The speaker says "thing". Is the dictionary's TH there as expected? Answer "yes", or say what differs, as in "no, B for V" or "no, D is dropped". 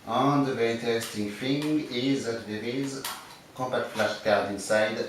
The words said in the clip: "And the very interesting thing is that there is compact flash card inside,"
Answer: no, F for TH